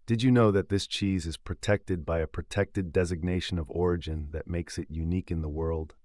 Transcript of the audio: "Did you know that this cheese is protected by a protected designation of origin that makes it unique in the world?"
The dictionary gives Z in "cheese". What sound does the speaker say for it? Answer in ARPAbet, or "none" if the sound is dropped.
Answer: Z